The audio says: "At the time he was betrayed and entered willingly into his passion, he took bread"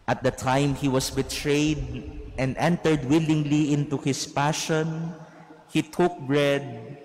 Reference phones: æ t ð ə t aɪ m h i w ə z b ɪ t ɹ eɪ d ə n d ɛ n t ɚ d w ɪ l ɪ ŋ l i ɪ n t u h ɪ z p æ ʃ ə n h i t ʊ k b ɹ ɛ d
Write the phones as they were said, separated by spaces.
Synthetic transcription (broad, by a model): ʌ t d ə t aɪ m h i w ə s b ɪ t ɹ eɪ d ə n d ɛ n t ɚ d w ɪ l ɪ ŋ l i ɪ n t u h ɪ s p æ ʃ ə n h i t ʊ k b ɹ ɛ d